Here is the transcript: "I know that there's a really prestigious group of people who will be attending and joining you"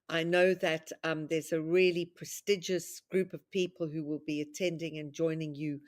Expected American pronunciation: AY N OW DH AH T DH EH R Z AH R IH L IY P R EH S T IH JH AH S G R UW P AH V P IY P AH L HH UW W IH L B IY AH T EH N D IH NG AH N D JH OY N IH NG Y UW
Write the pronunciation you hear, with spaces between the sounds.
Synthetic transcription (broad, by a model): AY N OW DH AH T DH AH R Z AH R IH L IY P R EH S T IH JH AH S G R UW P AH V P IY P AH L HH UW W IH L B IY AH T EH N D IH NG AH N JH OY N IH NG Y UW